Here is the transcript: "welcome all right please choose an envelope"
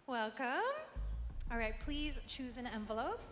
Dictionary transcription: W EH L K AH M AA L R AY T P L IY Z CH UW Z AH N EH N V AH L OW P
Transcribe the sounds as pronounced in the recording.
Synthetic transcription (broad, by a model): W EH L K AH M AA L R AY T P L IY Z CH UW Z AH N EH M V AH L OW P